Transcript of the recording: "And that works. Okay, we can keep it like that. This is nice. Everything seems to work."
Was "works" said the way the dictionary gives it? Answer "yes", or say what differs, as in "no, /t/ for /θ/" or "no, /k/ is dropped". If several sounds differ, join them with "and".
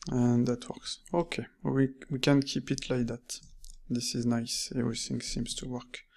yes